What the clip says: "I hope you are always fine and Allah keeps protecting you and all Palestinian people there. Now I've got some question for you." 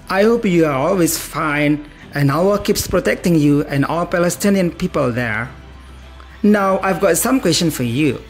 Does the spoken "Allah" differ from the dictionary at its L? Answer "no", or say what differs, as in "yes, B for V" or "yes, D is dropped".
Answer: yes, L is dropped